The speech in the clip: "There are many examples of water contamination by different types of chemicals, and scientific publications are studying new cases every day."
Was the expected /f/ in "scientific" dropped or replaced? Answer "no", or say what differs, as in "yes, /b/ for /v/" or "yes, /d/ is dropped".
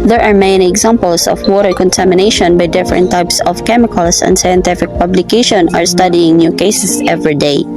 no